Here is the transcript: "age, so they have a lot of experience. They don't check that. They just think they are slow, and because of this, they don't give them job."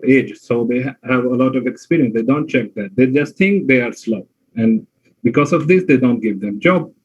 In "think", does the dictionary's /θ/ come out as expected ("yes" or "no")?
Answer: no